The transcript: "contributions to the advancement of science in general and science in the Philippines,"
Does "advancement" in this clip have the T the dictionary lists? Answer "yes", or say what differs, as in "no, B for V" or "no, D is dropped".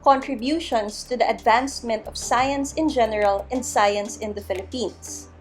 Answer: yes